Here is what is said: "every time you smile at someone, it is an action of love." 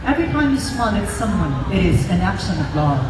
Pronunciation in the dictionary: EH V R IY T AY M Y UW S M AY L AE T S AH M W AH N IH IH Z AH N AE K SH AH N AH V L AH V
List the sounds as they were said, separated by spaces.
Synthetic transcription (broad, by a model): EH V R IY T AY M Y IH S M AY N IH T S AH M W AH N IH IH Z AH N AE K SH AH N AH V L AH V